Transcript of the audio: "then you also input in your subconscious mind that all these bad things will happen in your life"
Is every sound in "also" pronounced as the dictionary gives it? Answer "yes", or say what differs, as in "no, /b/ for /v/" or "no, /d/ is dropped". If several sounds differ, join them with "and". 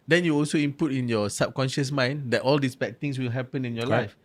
yes